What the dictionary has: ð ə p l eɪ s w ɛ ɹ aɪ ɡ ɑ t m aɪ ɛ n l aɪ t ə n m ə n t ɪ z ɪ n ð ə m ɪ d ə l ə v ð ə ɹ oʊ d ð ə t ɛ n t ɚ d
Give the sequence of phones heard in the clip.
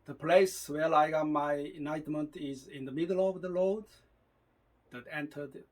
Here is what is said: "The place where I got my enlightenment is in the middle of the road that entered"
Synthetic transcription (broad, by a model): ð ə p l eɪ s w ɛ l aɪ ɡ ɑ m aɪ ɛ n aɪ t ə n m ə n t ɪ z ɪ n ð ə m ɪ d ə l ə v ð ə l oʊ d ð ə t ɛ n t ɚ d